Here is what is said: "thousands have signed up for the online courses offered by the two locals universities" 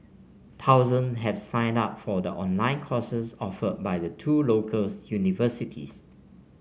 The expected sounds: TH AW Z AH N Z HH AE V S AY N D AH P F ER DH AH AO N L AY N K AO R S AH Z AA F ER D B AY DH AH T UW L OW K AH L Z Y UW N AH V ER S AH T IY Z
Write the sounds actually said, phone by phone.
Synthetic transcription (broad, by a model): T AW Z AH N HH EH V S AY N D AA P F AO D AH AO N L AY N K AO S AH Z AA F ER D B AY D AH T UW L OW K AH L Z Y UW N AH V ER S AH T IY S